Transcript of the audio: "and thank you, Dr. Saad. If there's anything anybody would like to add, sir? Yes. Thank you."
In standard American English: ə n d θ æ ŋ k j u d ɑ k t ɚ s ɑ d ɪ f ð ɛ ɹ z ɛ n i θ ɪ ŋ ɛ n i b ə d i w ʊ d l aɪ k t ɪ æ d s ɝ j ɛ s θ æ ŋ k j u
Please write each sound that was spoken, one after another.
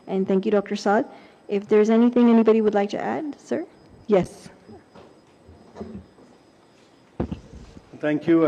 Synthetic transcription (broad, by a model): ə n θ æ ŋ k j u d ɑ k t ɚ s ɑ d ɪ f ð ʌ ɹ z ɛ n i θ ɪ ŋ ɛ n i b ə d i w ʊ d l aɪ k t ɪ æ d s ɝ j ɛ s θ æ ŋ k j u